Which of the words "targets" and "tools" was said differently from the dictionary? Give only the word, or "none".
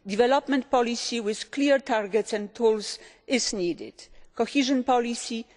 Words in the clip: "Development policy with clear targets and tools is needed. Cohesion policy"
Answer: tools